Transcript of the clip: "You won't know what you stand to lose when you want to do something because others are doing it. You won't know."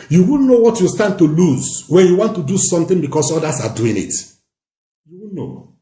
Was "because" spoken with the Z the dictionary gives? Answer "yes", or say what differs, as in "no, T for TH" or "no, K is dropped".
no, S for Z